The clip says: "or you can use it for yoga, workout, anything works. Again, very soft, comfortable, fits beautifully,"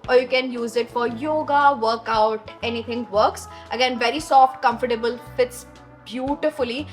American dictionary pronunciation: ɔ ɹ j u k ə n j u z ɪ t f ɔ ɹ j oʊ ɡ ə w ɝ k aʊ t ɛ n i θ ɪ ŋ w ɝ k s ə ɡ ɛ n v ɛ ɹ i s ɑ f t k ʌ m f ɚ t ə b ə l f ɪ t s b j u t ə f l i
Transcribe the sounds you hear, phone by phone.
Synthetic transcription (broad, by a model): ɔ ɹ j u k ə n j u z ɪ t f ɔ ɹ j oʊ ɡ ə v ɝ k aʊ t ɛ n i t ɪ ŋ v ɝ k s ə ɡ ɛ n v ɛ ɹ i s ɑ f t k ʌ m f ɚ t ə b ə l f ɪ t s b j u t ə f l i